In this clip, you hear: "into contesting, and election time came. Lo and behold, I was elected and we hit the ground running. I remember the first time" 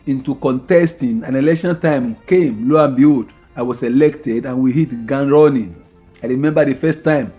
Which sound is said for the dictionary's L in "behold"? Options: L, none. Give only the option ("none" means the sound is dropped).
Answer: none